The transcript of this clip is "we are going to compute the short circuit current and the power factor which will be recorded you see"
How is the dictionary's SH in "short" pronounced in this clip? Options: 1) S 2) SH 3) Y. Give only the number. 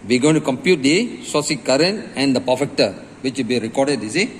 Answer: 1